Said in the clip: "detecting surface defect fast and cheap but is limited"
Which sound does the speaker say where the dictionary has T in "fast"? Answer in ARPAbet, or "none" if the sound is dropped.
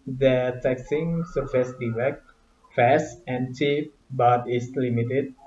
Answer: none